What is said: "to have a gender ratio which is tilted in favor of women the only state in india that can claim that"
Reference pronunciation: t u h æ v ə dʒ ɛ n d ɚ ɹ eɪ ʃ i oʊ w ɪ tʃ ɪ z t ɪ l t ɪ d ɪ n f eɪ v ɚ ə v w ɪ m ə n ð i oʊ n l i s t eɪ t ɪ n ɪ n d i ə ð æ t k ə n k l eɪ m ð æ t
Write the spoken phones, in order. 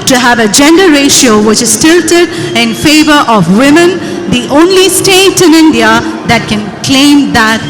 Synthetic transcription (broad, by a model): t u h æ v ə dʒ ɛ n d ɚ ɹ eɪ ʃ i oʊ w ɪ tʃ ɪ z t ɪ l t ɪ d ɪ n f eɪ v ɚ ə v w ɪ m ə n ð i oʊ n l i s t eɪ t ɪ n ɪ n d i ə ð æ t k ə n k l eɪ m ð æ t